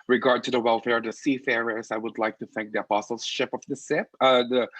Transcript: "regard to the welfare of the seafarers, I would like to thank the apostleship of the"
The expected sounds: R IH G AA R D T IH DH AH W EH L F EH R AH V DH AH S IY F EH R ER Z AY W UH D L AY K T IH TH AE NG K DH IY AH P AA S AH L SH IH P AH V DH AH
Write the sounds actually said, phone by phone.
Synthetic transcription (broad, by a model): R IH G AA R D T IH DH AH W EH L F EH R AH V DH AH S IY F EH R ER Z AY W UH D L AY K T IH TH AE NG K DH IY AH P AA S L SH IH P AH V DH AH